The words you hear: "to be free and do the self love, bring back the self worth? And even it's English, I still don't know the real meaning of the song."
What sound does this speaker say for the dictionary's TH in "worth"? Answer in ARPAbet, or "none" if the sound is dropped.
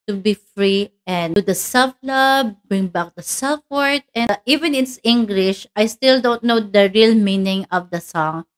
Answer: T